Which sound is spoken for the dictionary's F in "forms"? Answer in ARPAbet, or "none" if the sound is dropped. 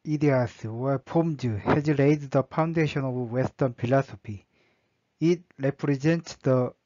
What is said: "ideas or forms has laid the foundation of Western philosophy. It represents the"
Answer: P